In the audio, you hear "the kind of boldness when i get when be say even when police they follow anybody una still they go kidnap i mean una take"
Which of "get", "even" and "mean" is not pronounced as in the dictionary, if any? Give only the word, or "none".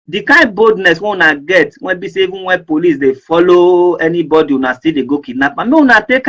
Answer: mean